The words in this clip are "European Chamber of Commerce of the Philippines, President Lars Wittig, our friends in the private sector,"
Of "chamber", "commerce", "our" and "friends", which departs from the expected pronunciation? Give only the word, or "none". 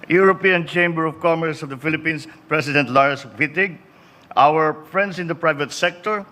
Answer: friends